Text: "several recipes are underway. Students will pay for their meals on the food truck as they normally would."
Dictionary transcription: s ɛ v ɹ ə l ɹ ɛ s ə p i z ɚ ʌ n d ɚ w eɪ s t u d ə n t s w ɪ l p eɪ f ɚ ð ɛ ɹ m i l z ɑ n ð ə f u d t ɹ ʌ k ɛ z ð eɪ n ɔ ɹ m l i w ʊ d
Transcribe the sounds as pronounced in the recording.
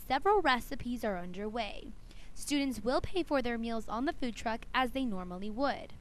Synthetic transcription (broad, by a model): s ɛ v ɹ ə l ɹ ɛ s ə p i z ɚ ʌ n d ɚ w eɪ s t u d n t s w ɪ l p eɪ f ɚ ð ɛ ɹ m i l z n ð ə f u d t ɹ ʌ k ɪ z ð eɪ n ɔ ɹ m l i w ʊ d